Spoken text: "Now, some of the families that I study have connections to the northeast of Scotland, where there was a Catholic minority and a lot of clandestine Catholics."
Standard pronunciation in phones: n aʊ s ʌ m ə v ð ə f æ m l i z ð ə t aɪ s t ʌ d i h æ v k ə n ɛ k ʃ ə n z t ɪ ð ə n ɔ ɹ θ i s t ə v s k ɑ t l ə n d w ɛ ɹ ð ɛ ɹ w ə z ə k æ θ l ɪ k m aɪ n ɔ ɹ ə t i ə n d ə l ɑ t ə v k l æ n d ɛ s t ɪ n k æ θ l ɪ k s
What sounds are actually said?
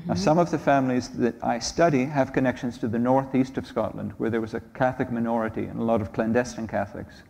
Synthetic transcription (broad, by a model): s ʌ m ə v ð ə f æ m l i z ð ə t aɪ s t ʌ d i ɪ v k ə n ɛ k ʃ ə n z t ɪ ð ə n ɔ ɹ θ i s t ə v s k ɑ t l ə n d w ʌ ɹ ð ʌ ɹ w ə z ə k æ θ l ɪ k m aɪ n ɔ ɹ ə t i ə n ə l ɑ t ə v k l æ n d ɛ s t ɪ n k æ θ l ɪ k s